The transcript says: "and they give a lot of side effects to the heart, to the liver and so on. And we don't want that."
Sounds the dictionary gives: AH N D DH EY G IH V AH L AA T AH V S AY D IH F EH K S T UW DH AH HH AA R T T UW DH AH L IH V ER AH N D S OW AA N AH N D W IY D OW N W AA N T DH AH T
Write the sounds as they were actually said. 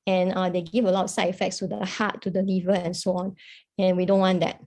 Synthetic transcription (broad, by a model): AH N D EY G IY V AH L AA T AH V S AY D IH F EH K S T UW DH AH HH AA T T UW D AH L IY V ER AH N S OW AA N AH N W IY D OW N W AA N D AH T